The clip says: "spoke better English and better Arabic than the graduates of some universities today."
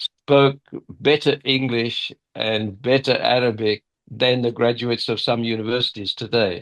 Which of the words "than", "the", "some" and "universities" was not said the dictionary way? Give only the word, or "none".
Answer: none